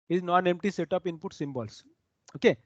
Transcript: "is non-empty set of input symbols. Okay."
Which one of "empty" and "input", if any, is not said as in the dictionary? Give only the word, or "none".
none